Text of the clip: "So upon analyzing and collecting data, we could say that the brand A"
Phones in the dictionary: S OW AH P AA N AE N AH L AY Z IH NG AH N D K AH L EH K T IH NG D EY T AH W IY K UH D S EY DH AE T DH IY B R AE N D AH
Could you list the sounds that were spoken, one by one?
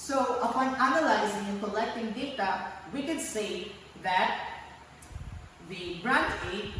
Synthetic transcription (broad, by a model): S OW AH P AA N AE N AH L AY Z IH NG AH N K AH L EH K T IH NG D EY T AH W IY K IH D S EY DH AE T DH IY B R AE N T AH